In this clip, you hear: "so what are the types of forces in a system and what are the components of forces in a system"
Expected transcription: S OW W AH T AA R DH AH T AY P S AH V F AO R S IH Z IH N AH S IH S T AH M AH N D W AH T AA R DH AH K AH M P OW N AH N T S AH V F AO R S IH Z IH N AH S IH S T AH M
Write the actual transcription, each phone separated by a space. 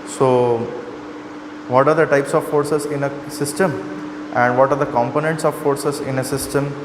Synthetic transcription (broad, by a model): S OW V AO T AA R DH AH T AY P S AH V F AO R S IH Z IH N AH S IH S T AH M AH N D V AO T AA R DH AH K AH M P OW N AH N T S AH V F AO R S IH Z IH N AH S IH S T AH M